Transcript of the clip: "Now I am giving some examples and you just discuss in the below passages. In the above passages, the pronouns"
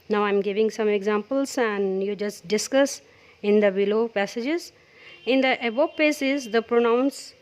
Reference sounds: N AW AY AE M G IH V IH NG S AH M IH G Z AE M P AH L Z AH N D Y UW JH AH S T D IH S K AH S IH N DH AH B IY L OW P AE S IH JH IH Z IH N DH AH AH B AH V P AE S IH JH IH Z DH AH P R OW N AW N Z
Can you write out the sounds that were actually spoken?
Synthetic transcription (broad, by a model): N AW AY M G IH V IH NG S AH M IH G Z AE M P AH L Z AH N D Y UW JH AH S T D IH S K AH S IH N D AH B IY L OW P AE S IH JH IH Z IH N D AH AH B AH P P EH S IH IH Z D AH P R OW N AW N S